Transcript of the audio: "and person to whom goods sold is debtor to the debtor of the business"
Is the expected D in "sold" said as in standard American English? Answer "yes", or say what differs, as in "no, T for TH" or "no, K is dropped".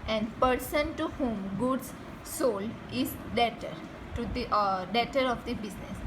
no, D is dropped